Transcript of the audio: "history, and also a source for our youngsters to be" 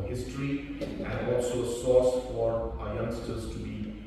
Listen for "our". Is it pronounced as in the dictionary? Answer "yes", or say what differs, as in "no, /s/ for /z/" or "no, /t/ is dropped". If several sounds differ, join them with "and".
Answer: yes